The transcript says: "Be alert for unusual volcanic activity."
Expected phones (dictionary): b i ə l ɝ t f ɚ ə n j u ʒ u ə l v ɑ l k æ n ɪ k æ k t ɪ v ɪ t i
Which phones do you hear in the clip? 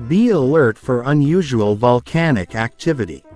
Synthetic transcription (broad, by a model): b i ə l ɝ t f ɚ ə n j u ʒ u ə l v ɑ l k æ n ɪ k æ k t ɪ v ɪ t i